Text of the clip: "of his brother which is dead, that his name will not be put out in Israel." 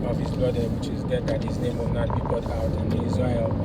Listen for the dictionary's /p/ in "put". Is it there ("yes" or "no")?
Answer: no